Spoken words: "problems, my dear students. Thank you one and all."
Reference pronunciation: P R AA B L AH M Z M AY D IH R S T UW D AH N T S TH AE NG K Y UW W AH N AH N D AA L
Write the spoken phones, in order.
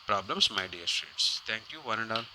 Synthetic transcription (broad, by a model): P R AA B L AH M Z M AY D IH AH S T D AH T S T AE NG K Y UW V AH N AH N D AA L